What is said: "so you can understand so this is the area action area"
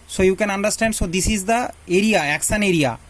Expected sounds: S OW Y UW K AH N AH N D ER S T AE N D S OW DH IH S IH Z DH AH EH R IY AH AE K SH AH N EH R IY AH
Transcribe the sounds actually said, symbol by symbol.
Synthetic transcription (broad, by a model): S OW Y UW K AH N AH N D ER S T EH N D S OW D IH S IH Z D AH EH R IY AH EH K S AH N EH R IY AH